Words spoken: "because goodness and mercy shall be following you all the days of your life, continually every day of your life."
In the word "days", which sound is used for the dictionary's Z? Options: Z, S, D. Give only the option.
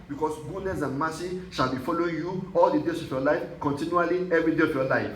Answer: S